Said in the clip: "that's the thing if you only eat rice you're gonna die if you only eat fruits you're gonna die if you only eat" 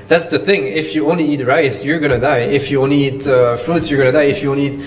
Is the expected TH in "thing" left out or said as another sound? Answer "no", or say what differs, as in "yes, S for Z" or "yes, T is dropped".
no